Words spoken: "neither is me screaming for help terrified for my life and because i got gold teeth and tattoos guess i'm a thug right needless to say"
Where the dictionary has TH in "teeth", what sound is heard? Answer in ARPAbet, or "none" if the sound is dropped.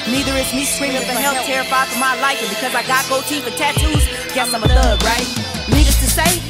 F